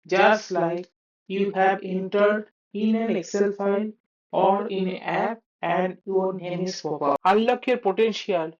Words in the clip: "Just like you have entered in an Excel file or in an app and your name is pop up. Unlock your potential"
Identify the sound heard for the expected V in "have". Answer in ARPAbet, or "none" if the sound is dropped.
B